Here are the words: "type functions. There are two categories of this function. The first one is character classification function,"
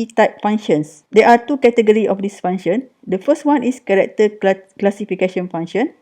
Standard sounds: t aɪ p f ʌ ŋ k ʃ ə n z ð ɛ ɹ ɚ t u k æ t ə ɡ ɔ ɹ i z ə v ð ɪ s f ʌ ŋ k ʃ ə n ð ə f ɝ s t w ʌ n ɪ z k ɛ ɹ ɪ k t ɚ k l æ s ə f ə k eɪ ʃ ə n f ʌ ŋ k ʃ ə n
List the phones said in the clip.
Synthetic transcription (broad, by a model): t aɪ p f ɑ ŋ ʃ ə n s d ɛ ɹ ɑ t u k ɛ t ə ɡ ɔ ɹ i ə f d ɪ s f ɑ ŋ ʃ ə n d ə f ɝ s t w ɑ n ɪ s k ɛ ɹ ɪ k t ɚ k l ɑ s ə f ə k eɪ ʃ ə n f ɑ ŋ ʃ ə n